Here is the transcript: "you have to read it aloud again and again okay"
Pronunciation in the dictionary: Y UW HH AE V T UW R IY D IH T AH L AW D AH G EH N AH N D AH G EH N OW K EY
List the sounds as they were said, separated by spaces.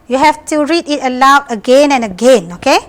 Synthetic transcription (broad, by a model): Y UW HH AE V T UW R IY D IH T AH L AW AH G EH N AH N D AH G EH N OW K EY